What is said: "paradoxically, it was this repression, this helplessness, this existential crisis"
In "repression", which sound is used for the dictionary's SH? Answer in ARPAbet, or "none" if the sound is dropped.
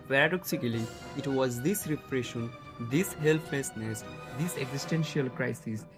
SH